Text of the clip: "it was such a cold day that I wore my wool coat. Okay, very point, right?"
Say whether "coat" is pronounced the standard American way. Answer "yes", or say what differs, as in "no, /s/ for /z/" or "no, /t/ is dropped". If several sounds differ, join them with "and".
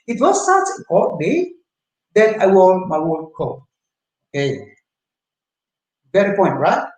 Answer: no, /t/ is dropped